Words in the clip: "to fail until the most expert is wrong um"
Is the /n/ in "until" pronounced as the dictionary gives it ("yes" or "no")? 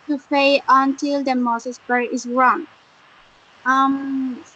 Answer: yes